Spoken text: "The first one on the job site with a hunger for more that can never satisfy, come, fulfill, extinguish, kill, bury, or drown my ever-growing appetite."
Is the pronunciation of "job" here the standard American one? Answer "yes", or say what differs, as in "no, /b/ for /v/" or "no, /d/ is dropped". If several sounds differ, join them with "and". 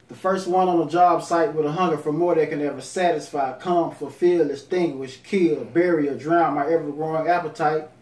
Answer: yes